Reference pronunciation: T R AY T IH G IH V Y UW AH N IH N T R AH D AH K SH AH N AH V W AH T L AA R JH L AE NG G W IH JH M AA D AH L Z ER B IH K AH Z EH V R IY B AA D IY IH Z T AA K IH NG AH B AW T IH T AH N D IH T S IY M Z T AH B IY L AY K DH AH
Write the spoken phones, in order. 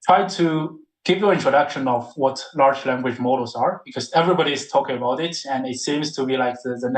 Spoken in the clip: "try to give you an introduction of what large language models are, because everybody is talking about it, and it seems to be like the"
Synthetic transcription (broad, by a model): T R AY T IH G IH V Y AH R IH N T R AH D AH K SH AH N AH V W AH T L AA R JH L AE NG G W IH JH M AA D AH Z ER B IH K AH Z EH V R IY B AA D IY IH Z T AA K IH NG AH B AW T IH T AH N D IH T S IY M Z T AH B IY L AY K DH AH